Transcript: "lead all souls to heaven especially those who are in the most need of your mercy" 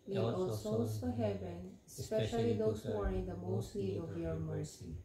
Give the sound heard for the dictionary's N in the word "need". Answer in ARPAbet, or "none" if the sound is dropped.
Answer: L